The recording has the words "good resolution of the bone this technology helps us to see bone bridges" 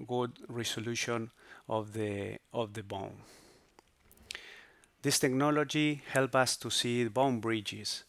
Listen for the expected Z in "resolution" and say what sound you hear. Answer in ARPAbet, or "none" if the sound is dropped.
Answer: S